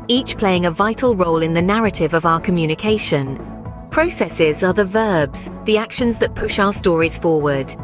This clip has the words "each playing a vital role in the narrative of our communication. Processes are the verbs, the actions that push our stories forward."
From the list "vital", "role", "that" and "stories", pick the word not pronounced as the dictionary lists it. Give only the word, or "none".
none